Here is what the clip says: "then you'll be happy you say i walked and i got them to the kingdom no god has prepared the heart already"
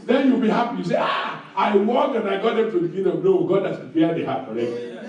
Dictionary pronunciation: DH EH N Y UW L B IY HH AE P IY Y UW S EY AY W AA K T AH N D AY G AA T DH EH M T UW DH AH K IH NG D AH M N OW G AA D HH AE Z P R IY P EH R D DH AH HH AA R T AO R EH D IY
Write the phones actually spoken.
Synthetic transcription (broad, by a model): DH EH N Y UW L B IY HH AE P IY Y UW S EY AY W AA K AH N AY G AA T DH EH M T UW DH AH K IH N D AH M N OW G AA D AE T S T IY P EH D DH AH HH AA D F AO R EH